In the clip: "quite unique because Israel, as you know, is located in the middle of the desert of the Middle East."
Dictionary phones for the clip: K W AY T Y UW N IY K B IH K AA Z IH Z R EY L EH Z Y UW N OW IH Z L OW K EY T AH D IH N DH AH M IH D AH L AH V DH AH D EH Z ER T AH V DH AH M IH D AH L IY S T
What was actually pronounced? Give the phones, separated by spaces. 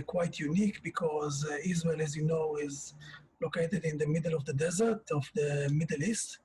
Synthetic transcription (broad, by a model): K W AY T Y UW N IY K B IH K AA Z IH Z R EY L EH Z Y UW N OW IH Z L OW K EY T AH D IH N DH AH M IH D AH L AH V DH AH D EH Z ER T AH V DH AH M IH D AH L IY S T